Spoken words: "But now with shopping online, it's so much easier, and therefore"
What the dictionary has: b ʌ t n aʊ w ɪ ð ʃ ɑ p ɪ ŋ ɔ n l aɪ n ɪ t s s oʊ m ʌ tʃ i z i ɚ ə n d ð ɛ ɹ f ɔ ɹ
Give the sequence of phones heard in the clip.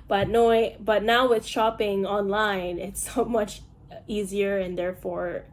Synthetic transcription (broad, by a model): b ʌ t n aʊ w ɪ ð ʃ ɑ p ɪ ŋ ɔ n l aɪ n ɪ t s s oʊ m ʌ tʃ i z i ɚ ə n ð ɛ ɹ f ɔ ɹ